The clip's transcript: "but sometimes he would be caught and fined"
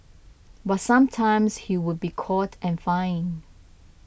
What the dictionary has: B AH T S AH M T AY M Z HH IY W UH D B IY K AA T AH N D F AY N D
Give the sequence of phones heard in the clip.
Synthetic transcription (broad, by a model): B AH T S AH M T AY M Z HH IY W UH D B IY K AA T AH N F AY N